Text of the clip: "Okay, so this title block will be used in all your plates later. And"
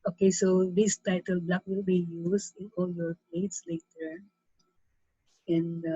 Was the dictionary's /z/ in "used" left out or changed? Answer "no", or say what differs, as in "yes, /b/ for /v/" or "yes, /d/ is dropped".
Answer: yes, /s/ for /z/